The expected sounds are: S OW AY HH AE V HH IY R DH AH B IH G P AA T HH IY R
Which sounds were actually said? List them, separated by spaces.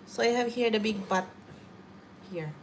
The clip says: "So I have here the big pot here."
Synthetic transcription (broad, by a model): S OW AY HH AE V HH IY R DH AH B IH G B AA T HH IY R